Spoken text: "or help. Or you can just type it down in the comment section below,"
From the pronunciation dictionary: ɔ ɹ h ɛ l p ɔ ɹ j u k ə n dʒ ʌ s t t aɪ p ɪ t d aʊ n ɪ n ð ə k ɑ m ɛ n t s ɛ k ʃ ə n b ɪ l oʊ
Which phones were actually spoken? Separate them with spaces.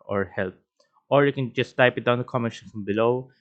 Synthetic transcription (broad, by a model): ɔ ɹ h ɛ l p ɔ ɹ j u k ə n dʒ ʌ s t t aɪ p ɪ t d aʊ ɪ n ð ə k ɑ m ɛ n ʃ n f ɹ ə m b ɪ l oʊ